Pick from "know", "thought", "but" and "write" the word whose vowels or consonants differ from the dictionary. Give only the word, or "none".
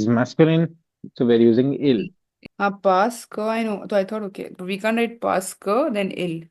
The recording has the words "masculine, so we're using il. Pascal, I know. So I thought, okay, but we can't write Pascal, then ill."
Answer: thought